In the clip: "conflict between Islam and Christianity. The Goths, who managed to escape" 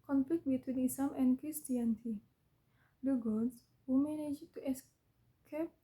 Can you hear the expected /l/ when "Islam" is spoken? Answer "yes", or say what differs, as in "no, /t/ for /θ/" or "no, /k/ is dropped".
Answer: no, /l/ is dropped